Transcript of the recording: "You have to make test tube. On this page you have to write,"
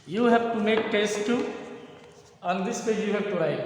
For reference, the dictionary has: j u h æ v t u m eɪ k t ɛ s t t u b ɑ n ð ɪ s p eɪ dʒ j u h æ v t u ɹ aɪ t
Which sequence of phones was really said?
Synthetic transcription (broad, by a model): j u h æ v t u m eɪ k t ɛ s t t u ɑ n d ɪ s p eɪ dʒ j u h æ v t u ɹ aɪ